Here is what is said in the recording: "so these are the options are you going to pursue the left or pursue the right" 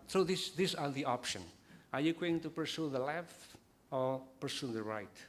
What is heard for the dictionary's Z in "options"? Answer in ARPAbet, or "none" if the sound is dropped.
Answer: none